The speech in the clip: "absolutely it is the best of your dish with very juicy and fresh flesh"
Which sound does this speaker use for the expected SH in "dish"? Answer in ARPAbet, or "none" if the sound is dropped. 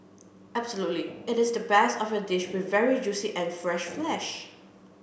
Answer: SH